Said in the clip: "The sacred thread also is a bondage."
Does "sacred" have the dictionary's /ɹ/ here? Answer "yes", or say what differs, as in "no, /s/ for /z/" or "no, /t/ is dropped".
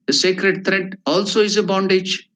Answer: yes